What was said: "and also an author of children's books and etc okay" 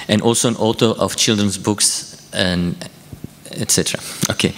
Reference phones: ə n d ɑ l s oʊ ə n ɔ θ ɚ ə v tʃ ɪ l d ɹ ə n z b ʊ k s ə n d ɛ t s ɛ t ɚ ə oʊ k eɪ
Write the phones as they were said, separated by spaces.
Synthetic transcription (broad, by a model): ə n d ɑ l s oʊ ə n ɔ t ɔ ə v tʃ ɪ l d ɹ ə n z b ʊ k s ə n ɛ t s ɛ t ɚ ə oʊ k eɪ